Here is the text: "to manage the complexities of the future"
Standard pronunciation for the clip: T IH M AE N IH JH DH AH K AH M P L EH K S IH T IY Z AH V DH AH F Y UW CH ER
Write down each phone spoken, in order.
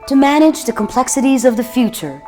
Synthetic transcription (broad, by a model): T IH M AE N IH JH DH AH K AH M P L EH K S IH T IY Z AH V DH AH F Y UW CH ER